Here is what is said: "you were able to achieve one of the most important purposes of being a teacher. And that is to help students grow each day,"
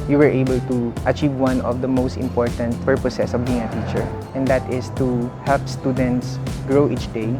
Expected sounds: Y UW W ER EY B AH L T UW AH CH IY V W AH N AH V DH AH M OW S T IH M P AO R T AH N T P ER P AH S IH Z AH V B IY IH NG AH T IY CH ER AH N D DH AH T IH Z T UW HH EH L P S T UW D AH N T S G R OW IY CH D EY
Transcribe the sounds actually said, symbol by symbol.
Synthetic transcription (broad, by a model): Y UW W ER EY B AH L T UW AH CH IY V W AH N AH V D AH M OW S T IH M P AO R T AH N T P ER P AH S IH S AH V B IY IH NG AH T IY CH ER AH N D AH T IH S T UW HH EH L P S T UW D AH N T S G R OW IY CH D EY